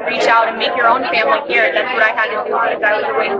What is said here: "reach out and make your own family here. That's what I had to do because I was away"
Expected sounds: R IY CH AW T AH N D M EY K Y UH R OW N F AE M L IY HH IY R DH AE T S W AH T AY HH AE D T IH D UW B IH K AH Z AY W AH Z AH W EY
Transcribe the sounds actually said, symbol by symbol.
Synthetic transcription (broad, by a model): R IY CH AW T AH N M EY K Y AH R OW N F AE M L IY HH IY R DH AE T S W AH T AY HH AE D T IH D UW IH AH IH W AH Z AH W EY